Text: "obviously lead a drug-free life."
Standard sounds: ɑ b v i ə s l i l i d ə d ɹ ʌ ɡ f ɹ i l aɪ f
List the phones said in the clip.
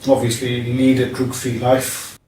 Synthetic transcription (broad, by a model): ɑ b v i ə s l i n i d ə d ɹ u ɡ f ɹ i l aɪ f